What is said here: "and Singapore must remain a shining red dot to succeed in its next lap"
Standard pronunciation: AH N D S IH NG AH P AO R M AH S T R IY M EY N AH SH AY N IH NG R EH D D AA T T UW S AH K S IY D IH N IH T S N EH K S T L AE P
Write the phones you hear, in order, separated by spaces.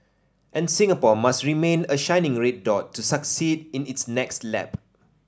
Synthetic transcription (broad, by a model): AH N S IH NG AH P AO M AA S T R IY M EY N AH SH AY N IH NG R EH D D AA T T UW S AH K S IY D IH N IH T S N EH K S T L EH P